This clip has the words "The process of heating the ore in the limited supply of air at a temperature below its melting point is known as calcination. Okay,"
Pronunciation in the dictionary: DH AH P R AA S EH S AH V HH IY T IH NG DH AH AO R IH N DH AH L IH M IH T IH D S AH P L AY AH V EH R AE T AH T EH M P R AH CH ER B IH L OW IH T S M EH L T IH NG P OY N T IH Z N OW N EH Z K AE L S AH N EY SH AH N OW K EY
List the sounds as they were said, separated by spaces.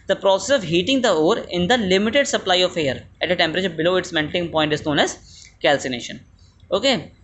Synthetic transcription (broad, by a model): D AH P R AA S EH S AH V HH IY T IH NG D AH AO R IH N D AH L IH M IH T IH D S AH P L AY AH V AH R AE T AH T EH M P R AH CH ER B IH L OW IH T S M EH N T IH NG P OY N T IH Z N OW N EH Z K AE L S AH N EY SH AH N OW K EY